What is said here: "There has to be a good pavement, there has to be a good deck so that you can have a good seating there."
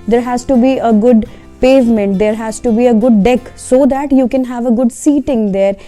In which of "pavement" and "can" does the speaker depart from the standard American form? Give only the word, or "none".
none